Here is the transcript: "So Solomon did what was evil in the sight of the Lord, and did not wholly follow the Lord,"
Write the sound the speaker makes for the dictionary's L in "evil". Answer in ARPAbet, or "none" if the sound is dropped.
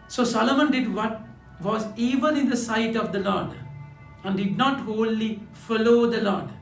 N